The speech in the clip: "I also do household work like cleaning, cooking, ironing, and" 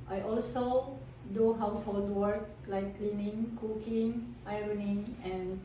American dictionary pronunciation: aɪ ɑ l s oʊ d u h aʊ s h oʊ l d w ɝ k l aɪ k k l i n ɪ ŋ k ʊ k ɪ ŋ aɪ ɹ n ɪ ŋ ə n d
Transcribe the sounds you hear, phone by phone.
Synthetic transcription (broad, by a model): aɪ ɑ l s oʊ d u h aʊ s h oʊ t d w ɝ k l aɪ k k l i n ɪ ŋ k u k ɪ ŋ aɪ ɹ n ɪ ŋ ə n